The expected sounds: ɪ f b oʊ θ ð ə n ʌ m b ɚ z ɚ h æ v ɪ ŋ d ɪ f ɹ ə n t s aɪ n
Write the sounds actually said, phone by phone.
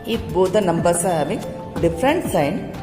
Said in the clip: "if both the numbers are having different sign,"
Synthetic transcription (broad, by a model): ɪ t b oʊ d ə n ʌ m b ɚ s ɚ h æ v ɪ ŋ d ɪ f ɹ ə n t s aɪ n